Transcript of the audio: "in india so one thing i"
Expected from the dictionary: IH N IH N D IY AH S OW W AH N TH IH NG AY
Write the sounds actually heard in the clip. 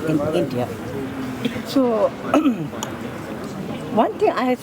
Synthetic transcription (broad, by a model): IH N IH N D IY AH S OW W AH N T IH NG AY